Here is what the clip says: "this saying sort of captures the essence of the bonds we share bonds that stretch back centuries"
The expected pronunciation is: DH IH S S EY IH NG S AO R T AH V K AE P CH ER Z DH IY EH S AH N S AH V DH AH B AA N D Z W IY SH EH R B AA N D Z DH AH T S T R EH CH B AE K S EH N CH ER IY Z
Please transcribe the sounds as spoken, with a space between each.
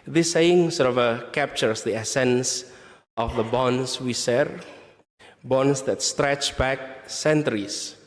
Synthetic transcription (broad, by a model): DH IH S S EY IH NG S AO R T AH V K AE P CH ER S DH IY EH S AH N S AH F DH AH B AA N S W IY S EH R B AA N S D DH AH T S T R EH CH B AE K S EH N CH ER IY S